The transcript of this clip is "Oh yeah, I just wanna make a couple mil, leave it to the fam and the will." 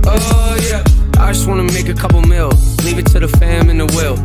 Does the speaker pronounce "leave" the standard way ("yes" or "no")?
yes